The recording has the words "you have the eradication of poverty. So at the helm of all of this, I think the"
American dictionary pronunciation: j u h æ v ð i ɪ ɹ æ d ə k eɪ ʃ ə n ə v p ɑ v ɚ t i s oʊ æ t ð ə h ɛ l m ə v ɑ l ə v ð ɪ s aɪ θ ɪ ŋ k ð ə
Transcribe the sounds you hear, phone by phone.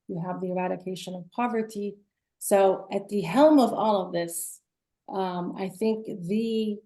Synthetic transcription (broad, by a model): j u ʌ v ð i ɪ ɹ æ d ə k eɪ ʃ ə n ə v p ɑ v ɚ t i s oʊ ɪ t ð ə h ɛ l m ə v ɑ l ə v ð ɪ s aɪ θ ɪ ŋ k ð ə